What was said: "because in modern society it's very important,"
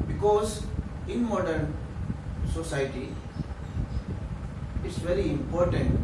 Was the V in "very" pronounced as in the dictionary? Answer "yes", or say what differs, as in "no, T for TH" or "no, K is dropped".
yes